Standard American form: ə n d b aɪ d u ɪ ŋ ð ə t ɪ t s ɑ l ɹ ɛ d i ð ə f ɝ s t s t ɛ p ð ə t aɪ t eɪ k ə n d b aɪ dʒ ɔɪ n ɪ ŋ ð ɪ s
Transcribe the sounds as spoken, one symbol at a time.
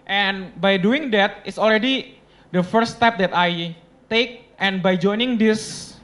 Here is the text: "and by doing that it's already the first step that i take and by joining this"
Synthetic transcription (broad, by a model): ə n b aɪ d u ɪ ŋ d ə t ɪ t s ɑ l ɹ ɛ d i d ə f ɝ t s t ɛ p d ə t aɪ t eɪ k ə n b aɪ dʒ ɔɪ n ɪ ŋ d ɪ s